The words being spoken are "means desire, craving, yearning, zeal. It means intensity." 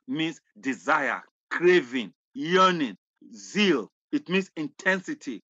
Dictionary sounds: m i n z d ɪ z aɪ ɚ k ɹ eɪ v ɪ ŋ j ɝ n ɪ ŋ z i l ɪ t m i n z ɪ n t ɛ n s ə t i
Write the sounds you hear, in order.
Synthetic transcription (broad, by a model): m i n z d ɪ z aɪ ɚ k ɹ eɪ v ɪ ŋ j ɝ n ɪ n z i l ɪ t m i n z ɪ n t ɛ n s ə t i